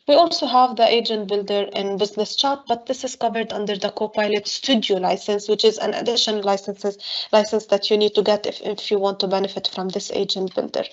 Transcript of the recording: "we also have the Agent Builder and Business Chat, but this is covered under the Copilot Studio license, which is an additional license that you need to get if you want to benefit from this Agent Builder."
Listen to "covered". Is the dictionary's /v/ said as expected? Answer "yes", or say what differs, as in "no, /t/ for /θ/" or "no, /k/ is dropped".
yes